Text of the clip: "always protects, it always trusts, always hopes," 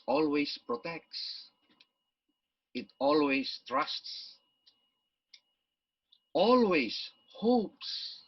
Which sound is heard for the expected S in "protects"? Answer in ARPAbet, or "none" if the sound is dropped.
S